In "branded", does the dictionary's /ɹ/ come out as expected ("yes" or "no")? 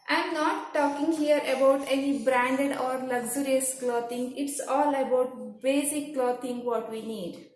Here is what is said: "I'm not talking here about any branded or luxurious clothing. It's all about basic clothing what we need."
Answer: yes